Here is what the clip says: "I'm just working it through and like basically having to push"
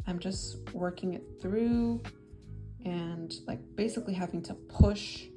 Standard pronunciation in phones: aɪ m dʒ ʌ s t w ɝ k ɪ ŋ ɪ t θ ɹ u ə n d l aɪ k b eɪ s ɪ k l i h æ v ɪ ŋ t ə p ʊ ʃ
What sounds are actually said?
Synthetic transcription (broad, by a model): aɪ m dʒ ʌ s t w ɝ k ɪ ŋ ɪ t θ ɹ u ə n l aɪ k b eɪ s ɪ k l i h æ v ɪ ŋ t ə p ʊ ʃ